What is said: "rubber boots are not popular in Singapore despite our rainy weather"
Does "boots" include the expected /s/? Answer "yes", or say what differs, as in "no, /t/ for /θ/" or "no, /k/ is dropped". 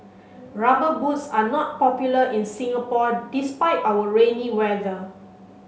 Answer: yes